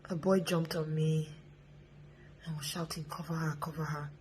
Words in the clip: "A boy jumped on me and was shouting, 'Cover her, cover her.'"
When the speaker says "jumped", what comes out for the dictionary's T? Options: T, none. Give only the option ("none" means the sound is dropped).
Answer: T